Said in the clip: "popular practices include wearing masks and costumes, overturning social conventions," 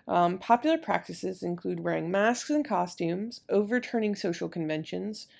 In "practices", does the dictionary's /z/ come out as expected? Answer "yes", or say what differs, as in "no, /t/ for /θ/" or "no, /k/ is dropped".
yes